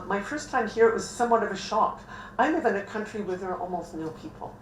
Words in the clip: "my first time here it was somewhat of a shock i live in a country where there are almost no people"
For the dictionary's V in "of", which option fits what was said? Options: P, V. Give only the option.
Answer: V